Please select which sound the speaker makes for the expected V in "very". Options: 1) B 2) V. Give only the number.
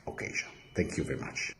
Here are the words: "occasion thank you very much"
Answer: 2